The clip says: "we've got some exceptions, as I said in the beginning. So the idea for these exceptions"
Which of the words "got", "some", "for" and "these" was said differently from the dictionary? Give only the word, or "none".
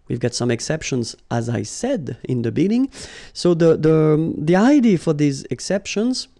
none